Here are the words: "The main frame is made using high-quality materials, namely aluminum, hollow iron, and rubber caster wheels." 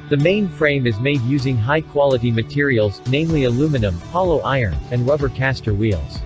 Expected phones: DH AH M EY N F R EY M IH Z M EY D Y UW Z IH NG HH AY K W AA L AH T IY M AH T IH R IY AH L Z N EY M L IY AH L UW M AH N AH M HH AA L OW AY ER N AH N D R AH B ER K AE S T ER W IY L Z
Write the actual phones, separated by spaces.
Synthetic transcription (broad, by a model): DH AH M EY N F R EY M IH Z M EY D Y UW Z IH NG HH AY K W AA L AH T IY M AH T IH R IY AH L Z N EY M L IY AH L UW M AH N AH M HH AA L OW AY ER N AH N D R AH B ER K AE S T ER W IY L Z